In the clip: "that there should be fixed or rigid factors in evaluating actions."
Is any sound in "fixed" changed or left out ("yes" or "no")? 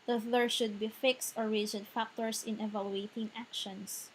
no